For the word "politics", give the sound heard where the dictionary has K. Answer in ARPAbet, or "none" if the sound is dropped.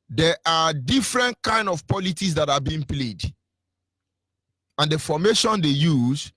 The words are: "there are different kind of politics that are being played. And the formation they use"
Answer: none